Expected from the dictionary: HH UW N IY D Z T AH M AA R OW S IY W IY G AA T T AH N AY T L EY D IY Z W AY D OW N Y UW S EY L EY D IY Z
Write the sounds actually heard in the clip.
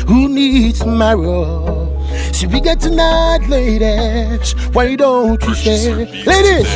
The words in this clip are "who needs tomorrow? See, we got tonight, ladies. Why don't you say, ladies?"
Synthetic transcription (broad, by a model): HH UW N IY D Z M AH IH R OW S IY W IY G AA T T AH N AY T L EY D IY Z W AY D OW N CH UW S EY L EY D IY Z